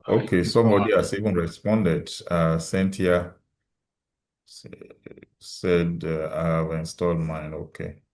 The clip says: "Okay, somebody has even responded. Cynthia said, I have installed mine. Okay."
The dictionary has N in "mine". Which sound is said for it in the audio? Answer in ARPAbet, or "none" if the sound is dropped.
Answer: N